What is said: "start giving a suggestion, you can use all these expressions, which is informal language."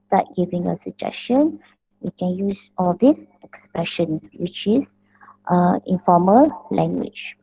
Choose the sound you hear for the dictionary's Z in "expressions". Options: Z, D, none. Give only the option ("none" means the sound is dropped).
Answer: none